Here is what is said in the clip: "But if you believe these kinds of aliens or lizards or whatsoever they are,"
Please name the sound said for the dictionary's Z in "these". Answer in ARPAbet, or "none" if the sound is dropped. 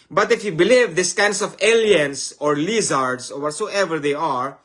S